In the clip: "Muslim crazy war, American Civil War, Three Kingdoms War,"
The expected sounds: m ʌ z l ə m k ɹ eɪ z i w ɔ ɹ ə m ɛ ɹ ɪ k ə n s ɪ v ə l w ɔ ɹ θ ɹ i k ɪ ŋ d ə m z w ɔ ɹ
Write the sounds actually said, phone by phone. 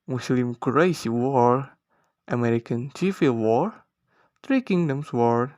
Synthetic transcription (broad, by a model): m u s l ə m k ɹ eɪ s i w ɔ ɹ ə m ɛ ɹ ɪ k ə n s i f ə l w ɔ ɹ t ɹ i k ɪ ŋ d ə m s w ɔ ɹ